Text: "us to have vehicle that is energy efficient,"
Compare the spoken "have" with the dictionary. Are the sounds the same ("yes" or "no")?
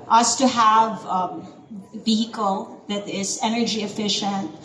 yes